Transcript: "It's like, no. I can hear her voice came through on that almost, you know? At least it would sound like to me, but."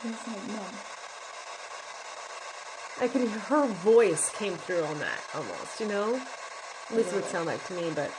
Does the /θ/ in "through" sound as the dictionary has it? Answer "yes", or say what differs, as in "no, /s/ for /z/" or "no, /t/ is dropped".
yes